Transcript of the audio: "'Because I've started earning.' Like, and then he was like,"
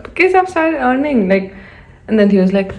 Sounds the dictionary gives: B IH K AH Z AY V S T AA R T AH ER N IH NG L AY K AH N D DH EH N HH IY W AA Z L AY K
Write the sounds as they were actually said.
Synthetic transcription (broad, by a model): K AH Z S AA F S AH ER N IH NG L AY K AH N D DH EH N HH IY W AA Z L AY K